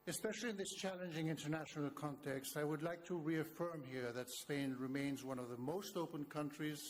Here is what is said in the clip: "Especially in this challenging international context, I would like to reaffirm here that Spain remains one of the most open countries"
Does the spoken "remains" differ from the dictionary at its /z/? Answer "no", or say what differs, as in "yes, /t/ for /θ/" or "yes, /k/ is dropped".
no